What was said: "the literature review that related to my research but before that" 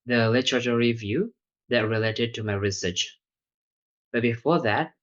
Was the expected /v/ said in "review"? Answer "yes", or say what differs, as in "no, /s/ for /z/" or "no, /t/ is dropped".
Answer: yes